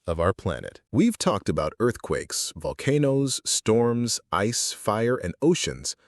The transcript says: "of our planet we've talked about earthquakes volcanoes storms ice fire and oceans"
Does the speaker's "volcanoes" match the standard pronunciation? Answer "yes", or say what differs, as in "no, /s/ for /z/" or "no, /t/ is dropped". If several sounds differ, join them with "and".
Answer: yes